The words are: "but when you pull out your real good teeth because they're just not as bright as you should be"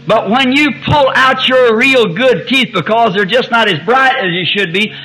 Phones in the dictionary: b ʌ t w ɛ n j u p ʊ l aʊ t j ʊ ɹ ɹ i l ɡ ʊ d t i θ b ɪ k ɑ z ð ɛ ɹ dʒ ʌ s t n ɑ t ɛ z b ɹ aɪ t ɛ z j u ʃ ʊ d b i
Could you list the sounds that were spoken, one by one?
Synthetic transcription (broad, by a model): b ʌ t w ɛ n j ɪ p ʊ l aʊ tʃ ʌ ɹ ɹ i l ɡ ʊ d t i θ b ɪ k ɑ z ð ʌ ɹ dʒ ʌ s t n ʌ t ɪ z b ɹ aɪ t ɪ z j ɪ ʃ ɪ d b i